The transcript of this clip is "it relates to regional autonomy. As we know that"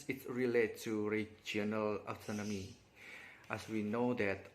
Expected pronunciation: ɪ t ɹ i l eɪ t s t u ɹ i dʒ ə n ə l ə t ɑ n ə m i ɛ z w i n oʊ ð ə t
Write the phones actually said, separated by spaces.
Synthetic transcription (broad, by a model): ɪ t ɹ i l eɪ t t u ɹ i dʒ ə n ə l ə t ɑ n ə m i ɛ s w i n oʊ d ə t